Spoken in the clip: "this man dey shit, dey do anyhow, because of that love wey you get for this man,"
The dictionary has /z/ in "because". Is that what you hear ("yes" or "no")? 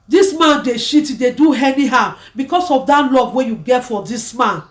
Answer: no